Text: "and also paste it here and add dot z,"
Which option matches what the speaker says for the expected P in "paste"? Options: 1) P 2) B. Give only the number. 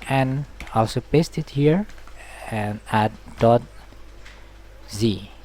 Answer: 1